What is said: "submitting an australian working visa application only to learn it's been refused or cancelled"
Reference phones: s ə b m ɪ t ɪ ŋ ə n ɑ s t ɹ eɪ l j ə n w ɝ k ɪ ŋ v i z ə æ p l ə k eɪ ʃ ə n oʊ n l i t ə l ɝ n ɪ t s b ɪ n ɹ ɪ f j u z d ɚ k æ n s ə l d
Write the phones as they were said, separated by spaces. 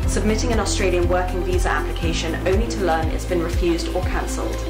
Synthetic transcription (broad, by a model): s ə b m ɪ t ɪ ŋ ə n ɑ s t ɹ eɪ l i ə n w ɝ k ɪ ŋ v i z ə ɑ p l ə k eɪ ʃ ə n oʊ n l i t ə l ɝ n ɪ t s b ɪ n ɹ ɪ f j u z d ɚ k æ n s ə l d